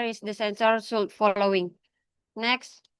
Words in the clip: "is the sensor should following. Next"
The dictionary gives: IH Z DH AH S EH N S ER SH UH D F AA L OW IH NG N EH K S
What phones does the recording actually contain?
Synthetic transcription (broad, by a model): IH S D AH S EH N S ER S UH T F AA L OW IH NG N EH K S